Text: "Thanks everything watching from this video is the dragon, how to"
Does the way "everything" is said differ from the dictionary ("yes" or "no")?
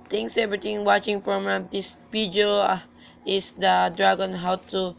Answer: yes